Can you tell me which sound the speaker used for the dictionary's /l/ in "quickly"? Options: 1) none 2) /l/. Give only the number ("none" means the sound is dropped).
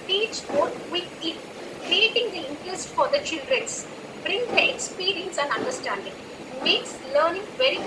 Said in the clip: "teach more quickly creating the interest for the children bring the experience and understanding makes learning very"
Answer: 1